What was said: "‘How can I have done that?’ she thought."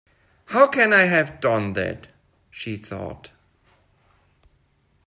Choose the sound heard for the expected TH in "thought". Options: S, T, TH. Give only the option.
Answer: TH